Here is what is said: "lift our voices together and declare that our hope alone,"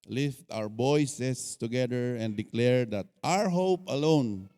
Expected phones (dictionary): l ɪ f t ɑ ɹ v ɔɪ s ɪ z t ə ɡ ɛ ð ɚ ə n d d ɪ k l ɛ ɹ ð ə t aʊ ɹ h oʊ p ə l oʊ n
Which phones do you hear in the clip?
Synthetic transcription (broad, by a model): l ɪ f t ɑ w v ɔɪ s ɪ s t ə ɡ ɛ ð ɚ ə n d d ɪ k l ɛ ɹ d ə t aʊ ɹ h oʊ p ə l oʊ n